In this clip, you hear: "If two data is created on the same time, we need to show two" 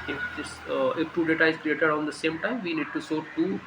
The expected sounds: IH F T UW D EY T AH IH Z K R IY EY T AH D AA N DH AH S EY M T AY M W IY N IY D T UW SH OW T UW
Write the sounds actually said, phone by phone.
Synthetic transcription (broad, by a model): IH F T UW D EY T AH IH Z K R IY EY T AH D AA N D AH S EY M T AY M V IY N IY D T UW S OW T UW